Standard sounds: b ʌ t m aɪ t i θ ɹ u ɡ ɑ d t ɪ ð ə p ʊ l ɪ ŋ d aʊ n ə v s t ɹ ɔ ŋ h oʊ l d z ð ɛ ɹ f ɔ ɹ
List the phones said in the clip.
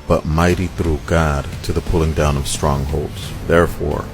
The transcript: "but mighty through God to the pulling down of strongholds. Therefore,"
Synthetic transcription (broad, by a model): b ʌ t m aɪ t i θ ɹ u ɡ ɑ d t ɪ ð ə p ʊ l ɪ ŋ d aʊ n ə v s t ɹ ɔ ŋ h oʊ l d z ð ɛ ɹ f ɔ ɹ